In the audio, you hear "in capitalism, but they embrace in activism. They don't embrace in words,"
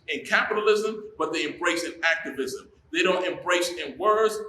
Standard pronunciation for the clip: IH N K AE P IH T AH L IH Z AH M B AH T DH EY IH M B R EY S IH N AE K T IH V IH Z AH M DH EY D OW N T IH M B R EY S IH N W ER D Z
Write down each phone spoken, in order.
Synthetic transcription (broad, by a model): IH N K AE P IH T AH L IH Z AH M B AH T DH EY IH M B R EY S IH N AE K T IH V IH Z AH M DH EY D OW N T IH M B R EY S IH N W ER D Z